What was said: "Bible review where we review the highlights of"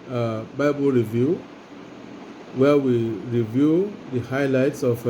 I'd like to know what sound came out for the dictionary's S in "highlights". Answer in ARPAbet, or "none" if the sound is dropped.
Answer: S